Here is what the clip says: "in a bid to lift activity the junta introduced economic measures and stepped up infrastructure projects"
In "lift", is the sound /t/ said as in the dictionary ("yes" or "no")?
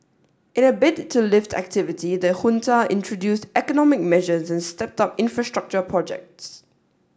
yes